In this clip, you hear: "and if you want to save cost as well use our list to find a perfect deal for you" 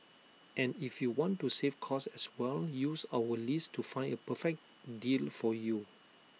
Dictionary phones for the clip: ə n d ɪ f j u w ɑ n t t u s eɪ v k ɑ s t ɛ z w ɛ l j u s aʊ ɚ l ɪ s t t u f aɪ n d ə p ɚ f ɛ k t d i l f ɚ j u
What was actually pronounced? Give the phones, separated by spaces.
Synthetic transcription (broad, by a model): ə n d ɪ f j u w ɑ n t t u s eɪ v k ɑ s ɛ s w ɛ l j u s aʊ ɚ l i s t t u f aɪ n d ə p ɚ f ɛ k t d i l f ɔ j u